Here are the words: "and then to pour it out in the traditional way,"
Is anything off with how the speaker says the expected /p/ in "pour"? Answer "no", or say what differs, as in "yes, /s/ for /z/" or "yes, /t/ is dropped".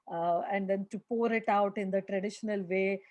no